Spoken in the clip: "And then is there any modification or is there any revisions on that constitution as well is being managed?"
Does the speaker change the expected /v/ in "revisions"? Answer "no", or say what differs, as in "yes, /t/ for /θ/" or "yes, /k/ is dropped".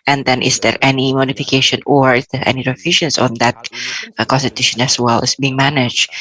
yes, /f/ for /v/